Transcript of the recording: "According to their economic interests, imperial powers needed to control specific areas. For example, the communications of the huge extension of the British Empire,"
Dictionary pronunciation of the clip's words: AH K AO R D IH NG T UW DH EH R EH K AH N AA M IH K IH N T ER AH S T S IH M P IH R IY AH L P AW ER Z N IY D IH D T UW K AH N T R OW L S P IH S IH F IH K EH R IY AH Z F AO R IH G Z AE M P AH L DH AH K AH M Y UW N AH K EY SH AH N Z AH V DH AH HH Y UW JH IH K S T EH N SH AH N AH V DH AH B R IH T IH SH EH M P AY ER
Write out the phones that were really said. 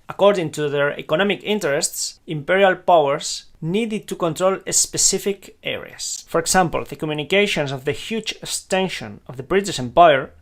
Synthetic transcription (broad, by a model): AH K AO R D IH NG T UW DH EH R EH K AH N AA M IH K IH N T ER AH S T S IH M P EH R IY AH L P AW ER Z N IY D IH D T UW K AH N T R OW L S P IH S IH F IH K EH R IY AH S F AO R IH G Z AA M P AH L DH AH K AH M Y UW N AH K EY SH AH N S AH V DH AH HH Y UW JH IH K S T EH N SH AH N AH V DH AH B R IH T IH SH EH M P AY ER